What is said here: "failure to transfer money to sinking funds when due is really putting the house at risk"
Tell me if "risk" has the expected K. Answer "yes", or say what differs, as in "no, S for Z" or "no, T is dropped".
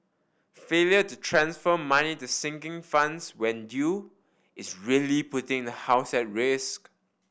yes